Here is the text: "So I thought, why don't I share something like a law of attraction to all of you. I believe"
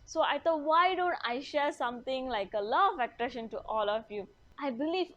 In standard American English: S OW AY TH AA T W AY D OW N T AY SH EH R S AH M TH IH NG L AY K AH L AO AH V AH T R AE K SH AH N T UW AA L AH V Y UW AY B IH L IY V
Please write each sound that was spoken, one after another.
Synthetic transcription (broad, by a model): S OW AY T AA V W AY D OW N T AY SH EH R S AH M T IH NG L AY K AH L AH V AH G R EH SH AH N T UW AA L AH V Y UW AY B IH L IY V